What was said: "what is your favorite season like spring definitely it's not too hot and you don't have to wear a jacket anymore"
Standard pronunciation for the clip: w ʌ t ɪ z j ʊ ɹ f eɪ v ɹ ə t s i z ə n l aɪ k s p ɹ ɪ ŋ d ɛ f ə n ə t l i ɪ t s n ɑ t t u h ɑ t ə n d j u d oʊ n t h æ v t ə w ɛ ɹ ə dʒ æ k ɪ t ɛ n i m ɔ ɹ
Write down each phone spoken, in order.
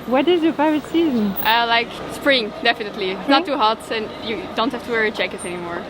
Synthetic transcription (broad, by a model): w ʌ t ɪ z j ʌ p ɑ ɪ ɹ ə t s i z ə n l aɪ k s p ɹ ɪ ŋ d ɛ f ə n ə t l i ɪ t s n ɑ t t u h ɑ t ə n j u d oʊ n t h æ f t ə w ɛ ɹ ə tʃ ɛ k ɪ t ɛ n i m ɔ ɹ